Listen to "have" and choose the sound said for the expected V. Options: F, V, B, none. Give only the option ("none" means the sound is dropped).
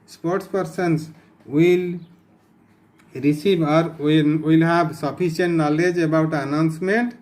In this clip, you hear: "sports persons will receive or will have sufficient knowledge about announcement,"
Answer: B